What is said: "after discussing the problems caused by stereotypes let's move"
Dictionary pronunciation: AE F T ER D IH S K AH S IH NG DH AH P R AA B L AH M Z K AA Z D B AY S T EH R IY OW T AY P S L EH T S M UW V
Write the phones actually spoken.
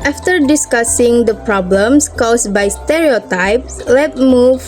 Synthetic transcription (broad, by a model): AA F T ER D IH S K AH S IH NG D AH P R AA B L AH M S K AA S B AY S T EH R IY OW T AY P S L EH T M UW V